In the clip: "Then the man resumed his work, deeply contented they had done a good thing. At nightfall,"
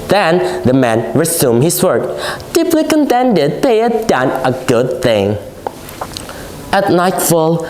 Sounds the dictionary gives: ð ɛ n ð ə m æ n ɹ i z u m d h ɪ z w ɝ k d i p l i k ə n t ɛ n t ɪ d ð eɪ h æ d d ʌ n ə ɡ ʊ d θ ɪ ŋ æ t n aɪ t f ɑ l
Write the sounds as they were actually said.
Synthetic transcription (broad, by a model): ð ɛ n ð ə m æ n ɹ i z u m h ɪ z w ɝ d d i p l i k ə n t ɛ n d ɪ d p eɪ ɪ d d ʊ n ə ɡ ʊ d θ ɪ ŋ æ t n aɪ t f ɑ l